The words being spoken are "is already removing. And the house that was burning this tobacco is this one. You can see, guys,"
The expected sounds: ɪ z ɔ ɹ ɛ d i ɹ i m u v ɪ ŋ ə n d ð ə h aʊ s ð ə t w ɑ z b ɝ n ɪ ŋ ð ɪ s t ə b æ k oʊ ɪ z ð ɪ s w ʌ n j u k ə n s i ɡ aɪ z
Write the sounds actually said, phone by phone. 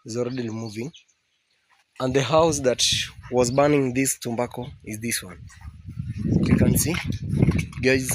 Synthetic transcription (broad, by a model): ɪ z ɔ ɹ ɛ d i l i m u v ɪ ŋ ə n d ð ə h aʊ s ð ə t w ɑ z b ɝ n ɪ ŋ ð ɪ s t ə b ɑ k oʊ ɪ z ð ɪ s w ʌ n j u k ə n s i ɡ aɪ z